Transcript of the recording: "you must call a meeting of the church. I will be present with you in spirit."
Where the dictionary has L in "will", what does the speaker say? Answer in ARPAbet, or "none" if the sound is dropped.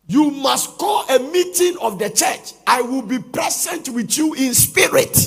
L